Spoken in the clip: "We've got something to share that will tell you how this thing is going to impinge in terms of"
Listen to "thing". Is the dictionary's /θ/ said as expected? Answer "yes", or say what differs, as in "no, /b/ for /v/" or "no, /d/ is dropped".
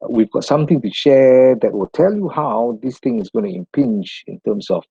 no, /t/ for /θ/